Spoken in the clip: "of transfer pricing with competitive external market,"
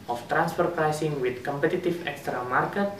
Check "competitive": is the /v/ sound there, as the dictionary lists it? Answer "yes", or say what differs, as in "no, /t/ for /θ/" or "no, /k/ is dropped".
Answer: no, /f/ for /v/